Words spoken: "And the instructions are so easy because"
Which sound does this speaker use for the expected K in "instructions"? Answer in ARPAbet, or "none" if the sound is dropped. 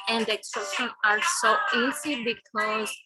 none